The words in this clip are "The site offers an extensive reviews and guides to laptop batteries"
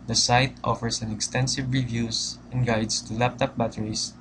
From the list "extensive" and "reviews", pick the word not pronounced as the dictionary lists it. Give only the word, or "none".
reviews